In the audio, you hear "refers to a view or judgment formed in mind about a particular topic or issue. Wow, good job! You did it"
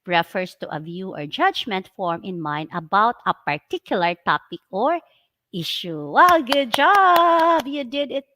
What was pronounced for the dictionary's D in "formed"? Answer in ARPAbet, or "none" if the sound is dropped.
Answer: none